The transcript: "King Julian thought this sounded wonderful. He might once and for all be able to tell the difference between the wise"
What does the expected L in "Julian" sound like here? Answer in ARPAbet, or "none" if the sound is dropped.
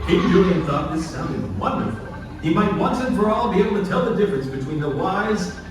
none